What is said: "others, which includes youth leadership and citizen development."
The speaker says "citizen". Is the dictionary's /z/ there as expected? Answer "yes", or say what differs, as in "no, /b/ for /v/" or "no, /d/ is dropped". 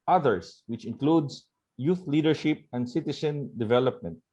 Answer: no, /s/ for /z/